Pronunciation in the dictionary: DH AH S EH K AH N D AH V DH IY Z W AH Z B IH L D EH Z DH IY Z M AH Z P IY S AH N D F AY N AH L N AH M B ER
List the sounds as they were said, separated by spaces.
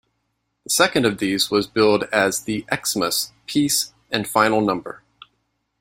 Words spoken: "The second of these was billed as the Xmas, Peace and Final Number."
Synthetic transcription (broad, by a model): DH AH S EH K AH N D AH V DH IY Z W AH Z B IH L D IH Z DH IY S M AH S P IY S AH N F AY N L N AH M B ER